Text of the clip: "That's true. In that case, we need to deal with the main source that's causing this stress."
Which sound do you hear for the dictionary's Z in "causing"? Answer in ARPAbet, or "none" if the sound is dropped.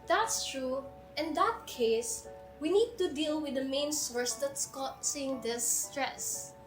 S